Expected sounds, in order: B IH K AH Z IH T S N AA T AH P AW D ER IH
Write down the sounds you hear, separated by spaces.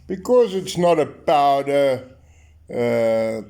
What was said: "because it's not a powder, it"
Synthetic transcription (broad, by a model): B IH K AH Z IH T S N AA T AH B AW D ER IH